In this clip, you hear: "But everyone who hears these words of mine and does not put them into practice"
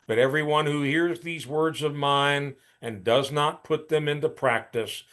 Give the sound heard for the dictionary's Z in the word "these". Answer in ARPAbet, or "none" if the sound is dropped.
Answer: Z